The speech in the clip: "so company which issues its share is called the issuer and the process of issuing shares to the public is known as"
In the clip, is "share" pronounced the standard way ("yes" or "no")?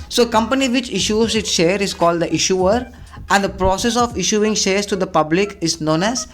yes